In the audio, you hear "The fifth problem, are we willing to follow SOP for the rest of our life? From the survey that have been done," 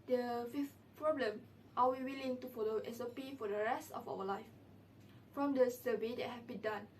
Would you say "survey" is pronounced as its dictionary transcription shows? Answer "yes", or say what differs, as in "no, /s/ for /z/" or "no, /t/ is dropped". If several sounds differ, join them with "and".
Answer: no, /b/ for /v/